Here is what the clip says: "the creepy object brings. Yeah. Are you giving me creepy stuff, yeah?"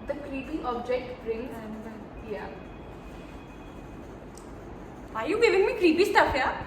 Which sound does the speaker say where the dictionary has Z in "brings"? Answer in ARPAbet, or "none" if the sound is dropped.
none